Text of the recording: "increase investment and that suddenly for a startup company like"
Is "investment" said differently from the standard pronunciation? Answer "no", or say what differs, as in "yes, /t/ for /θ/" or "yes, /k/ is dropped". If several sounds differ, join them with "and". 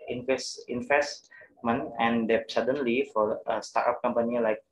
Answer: yes, /t/ is dropped